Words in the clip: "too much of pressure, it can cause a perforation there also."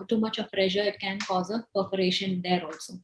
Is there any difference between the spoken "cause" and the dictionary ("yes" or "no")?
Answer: no